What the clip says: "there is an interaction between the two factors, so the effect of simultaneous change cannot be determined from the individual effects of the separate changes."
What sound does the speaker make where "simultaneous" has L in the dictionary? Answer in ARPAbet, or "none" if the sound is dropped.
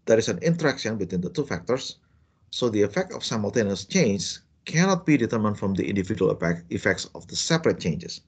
L